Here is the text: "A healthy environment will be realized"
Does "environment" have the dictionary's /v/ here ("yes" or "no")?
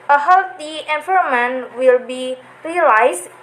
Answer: no